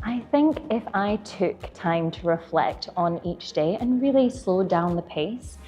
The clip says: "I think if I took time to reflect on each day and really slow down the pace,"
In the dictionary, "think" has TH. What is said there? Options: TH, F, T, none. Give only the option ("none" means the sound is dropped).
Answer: TH